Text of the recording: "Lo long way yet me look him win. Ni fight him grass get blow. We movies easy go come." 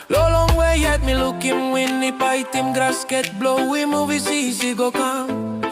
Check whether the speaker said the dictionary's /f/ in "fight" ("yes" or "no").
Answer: no